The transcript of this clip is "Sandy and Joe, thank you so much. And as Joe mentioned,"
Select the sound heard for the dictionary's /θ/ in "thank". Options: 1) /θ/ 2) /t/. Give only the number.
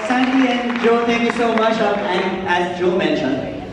2